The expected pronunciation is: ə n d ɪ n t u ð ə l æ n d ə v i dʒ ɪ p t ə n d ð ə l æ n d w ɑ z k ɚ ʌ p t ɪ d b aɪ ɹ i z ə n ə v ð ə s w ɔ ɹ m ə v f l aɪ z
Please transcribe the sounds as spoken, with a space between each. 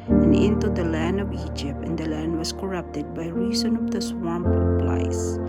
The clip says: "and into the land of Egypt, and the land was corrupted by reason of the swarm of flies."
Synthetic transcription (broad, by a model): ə n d ɪ n t u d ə l æ n d ə v i dʒ ɪ p t ə n d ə l æ n d w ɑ s k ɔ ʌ p t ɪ d b aɪ ɹ i s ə n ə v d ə s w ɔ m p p l aɪ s